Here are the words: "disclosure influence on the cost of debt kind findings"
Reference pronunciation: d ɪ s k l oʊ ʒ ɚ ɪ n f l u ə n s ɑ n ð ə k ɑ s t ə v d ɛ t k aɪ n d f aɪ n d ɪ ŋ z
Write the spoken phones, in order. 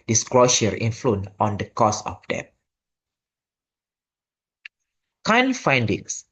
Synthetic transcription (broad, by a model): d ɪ s k l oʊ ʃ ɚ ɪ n f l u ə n ɑ n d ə k ɑ s ə f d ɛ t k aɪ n f aɪ n d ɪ ŋ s